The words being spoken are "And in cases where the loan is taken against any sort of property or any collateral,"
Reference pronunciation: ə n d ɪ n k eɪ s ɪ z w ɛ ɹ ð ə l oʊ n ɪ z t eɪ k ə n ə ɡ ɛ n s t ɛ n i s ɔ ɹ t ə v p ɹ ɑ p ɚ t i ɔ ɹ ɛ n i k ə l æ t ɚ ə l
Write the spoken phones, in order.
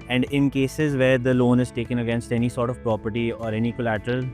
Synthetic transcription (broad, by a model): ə n d ɪ n k eɪ s ɪ z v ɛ ɹ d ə l oʊ n ɪ z t eɪ k ə n ə ɡ ɛ n s t ɛ n i s ɔ ɹ t ə v p ɹ ɑ p ɚ t i ɔ ɹ ɛ n i k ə l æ t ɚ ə l